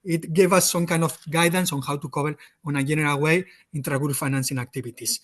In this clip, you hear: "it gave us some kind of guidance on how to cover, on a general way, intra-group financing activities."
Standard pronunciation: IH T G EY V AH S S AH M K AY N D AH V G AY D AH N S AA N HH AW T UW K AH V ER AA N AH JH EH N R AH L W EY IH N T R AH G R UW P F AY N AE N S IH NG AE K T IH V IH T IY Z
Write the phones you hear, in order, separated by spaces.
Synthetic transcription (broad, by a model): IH T G EY V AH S S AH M K AY N D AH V G AY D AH N S AA N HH AW T UW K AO B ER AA N AH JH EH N R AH L W EY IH N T R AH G UW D F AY N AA N S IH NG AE K T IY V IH T IY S